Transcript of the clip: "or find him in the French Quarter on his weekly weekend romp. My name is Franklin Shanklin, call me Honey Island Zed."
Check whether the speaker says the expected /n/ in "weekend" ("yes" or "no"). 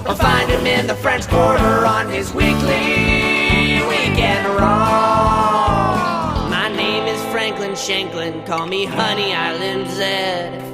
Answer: no